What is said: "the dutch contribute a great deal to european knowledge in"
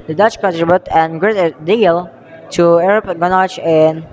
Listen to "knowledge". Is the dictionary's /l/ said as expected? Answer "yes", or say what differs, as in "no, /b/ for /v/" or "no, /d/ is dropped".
no, /n/ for /l/